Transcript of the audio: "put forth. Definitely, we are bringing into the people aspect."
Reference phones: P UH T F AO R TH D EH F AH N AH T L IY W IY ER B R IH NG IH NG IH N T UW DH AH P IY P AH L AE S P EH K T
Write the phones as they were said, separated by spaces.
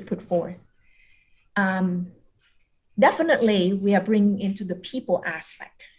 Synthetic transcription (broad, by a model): P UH T F AO R TH D EH F AH N AH T L IY W IY ER B R IH NG IH NG IH N T UW DH AH P IY P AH L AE S P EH K T